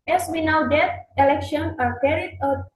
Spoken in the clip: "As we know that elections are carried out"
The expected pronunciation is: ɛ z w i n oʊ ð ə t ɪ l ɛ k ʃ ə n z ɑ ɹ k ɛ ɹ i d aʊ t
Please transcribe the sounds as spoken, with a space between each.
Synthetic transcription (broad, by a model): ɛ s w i n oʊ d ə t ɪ l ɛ k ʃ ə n ɑ ɹ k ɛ ɹ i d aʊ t